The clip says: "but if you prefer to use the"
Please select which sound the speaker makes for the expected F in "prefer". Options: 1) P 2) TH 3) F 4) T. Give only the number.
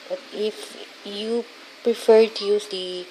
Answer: 3